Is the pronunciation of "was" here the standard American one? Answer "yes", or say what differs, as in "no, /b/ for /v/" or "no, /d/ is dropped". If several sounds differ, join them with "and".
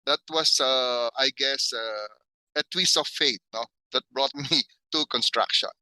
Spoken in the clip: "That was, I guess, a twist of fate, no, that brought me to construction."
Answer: no, /s/ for /z/